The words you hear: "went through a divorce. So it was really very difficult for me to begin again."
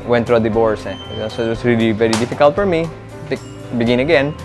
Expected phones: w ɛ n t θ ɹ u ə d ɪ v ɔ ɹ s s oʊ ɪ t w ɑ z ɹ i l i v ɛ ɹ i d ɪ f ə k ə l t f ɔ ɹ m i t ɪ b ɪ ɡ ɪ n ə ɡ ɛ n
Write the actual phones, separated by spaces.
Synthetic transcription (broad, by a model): w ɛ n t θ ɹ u ə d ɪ b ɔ ɹ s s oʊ ɪ t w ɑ s ɹ i l i v ɛ ɹ i d ɪ f ə k ə l t f ɔ ɹ m i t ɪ b ɪ ɡ ɪ n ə ɡ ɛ n